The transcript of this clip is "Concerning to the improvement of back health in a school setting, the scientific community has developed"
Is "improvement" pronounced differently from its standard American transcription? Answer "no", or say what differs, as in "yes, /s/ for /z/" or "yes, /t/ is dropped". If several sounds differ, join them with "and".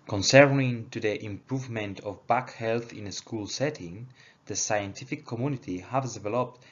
no